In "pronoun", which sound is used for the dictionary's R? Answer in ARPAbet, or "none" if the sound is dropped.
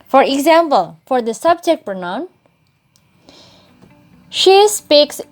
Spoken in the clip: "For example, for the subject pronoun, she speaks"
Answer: none